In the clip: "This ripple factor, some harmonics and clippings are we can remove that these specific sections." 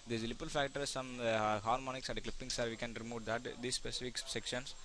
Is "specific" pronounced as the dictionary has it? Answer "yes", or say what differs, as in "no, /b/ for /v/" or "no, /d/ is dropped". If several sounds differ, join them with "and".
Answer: yes